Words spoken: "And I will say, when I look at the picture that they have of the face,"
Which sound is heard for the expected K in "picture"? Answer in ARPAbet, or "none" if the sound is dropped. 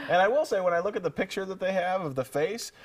K